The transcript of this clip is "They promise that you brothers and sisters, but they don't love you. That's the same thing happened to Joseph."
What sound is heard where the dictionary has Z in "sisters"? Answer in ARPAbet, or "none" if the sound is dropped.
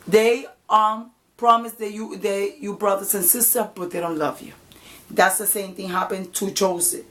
none